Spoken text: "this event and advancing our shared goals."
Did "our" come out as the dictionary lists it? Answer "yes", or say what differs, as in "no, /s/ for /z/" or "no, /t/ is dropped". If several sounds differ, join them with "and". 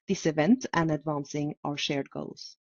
yes